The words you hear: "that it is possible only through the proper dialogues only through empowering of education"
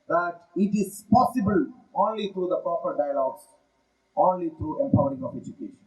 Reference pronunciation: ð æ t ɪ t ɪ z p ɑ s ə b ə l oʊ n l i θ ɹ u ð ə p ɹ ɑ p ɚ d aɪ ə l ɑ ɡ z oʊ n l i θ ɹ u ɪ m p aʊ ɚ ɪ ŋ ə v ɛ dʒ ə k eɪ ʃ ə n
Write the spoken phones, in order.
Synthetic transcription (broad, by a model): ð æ t ɪ t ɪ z p ɑ s ə b ə l oʊ n l i t ɹ u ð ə p ɹ ɑ p ɚ d aɪ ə l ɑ ɡ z oʊ n l i t ɹ u ɪ m p aʊ ɚ ɪ ŋ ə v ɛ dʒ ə k eɪ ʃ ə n